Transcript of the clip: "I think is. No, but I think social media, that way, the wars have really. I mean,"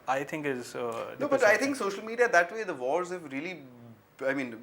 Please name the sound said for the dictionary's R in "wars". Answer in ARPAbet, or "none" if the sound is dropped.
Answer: L